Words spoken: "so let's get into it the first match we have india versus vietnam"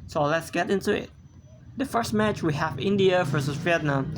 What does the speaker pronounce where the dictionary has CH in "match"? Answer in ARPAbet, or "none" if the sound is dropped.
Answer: CH